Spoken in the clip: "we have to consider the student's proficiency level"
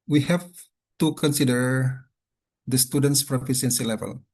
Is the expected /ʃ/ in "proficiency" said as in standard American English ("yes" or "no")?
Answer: no